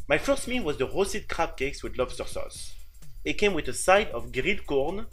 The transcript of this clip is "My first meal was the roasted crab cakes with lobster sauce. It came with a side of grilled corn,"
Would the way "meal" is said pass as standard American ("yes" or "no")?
no